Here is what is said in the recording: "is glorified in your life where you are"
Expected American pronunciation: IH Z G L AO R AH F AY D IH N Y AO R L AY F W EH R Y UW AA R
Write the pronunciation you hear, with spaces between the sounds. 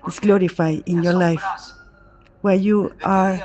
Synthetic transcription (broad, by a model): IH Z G L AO R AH F AY IH N Y AO R L AY F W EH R Y UW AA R